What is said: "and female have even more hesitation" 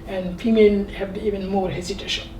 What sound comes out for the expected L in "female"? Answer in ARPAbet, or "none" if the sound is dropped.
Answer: N